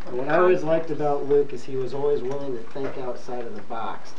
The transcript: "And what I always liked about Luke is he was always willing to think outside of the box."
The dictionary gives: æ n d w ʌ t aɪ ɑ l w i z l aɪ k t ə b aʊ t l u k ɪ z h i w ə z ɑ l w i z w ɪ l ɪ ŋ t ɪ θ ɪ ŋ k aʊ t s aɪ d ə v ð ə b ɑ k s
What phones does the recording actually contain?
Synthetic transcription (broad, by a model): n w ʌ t aɪ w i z l aɪ k t ə b aʊ t l u k ɪ z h i w ə z ɑ l w i z w ɪ l ɪ ŋ t ɪ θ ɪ k aʊ t s aɪ d ə v ð ə b ɑ k s